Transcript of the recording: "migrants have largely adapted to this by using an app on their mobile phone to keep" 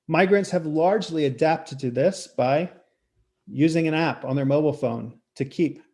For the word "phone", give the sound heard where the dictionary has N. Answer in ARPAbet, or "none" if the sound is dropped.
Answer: N